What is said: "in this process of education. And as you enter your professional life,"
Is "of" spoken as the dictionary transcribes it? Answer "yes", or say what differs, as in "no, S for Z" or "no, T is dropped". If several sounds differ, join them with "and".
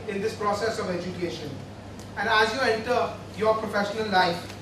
yes